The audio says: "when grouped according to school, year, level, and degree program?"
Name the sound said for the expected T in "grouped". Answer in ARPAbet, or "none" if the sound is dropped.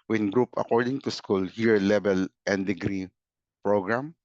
none